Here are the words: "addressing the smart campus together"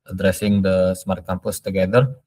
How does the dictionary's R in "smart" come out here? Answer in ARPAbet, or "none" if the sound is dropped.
R